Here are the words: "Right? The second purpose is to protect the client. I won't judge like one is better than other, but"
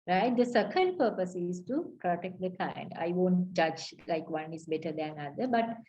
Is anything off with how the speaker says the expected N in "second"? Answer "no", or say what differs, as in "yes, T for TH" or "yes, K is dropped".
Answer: yes, L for N